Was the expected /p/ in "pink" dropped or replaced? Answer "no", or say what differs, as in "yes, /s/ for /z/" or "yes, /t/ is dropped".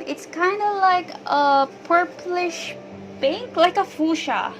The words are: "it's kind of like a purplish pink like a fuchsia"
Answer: yes, /b/ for /p/